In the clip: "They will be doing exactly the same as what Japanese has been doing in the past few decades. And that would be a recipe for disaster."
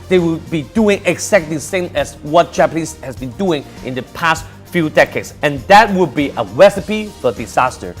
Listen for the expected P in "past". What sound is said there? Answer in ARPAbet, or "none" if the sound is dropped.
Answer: P